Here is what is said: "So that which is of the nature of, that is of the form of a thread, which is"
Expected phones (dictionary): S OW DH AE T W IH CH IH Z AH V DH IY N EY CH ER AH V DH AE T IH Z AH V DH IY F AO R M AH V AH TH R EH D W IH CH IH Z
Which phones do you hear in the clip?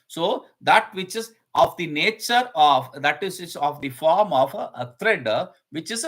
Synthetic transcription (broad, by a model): S OW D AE T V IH CH IH Z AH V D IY N EY CH ER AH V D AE T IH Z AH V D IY F AO R M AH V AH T R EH D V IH CH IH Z